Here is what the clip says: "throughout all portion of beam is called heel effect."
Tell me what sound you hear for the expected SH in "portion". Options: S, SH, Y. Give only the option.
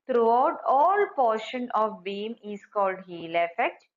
SH